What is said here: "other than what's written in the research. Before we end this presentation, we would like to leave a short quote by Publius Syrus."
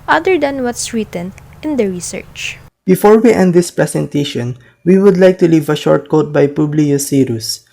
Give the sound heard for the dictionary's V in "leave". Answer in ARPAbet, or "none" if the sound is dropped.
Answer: V